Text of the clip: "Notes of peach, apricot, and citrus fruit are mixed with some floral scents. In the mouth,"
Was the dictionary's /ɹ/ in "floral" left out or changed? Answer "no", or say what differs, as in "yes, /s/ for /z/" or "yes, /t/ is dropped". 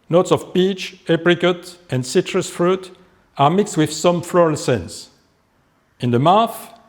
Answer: no